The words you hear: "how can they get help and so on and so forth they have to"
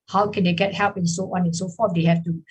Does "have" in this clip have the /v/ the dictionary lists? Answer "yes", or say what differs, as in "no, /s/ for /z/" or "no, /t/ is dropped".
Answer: no, /f/ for /v/